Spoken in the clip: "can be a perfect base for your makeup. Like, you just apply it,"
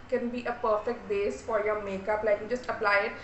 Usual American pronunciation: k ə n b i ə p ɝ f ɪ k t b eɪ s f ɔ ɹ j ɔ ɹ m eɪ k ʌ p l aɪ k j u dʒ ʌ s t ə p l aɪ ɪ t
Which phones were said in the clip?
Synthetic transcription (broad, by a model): k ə n b i ə p ɝ f ɪ k t b eɪ s f ɔ ɹ j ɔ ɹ m eɪ k ʌ p l aɪ k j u dʒ ʌ s t ə p l aɪ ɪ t